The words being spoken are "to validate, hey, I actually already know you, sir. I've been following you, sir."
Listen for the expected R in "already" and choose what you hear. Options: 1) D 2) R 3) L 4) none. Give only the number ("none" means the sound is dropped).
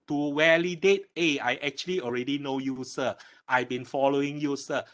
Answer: 2